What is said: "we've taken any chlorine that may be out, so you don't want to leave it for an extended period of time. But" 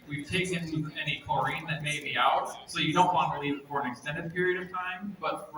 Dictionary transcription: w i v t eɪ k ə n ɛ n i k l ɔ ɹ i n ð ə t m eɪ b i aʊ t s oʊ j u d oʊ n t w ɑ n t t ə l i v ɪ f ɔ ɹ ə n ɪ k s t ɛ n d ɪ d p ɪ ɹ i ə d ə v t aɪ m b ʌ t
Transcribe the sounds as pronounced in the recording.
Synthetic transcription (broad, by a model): w i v t eɪ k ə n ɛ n i k ɔ ɹ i n ð ə t m eɪ b i aʊ t s oʊ j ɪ d oʊ n t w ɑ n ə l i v ɪ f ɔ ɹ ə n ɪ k s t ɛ n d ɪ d p ɪ ɹ i ə d ə v t aɪ m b ʌ t